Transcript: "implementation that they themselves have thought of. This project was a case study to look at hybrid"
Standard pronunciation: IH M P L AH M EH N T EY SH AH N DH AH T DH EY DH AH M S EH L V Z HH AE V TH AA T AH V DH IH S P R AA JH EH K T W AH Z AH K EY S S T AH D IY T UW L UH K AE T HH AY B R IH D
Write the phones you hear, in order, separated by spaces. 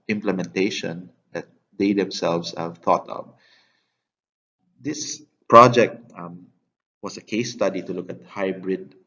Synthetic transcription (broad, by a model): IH M P L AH M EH N T EY SH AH N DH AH T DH EY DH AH M S EH L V S HH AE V TH AA T AH V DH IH S P R AA JH EH K T W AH S AH K EY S S T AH D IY T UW L UH K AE T HH AY B R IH D